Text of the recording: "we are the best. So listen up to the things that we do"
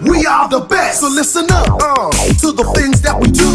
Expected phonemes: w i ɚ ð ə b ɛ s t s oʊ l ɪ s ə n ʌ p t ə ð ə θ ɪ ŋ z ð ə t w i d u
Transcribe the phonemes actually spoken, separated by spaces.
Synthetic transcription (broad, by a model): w i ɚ ð ə b ɛ s t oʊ l ɪ s ə n ʌ p t ə ð ə θ ɪ ŋ z ð ə t w i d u